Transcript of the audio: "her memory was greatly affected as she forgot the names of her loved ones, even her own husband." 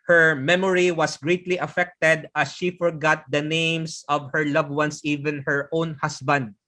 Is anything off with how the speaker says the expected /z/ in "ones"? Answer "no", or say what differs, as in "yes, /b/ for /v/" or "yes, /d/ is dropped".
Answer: yes, /s/ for /z/